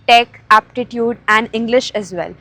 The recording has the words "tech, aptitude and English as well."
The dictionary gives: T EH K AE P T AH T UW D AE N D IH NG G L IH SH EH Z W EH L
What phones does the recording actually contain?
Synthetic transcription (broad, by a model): T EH K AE P T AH T UW D AE N D IH NG G L IH SH EH Z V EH L